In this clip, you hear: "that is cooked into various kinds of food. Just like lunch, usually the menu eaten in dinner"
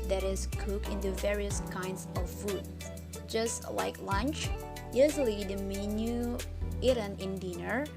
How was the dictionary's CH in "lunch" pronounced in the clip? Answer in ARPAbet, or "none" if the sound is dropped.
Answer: CH